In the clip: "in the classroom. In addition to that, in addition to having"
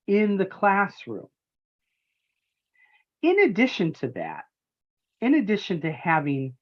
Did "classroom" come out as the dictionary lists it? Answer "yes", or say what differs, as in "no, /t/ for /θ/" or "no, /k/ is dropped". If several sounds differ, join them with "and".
yes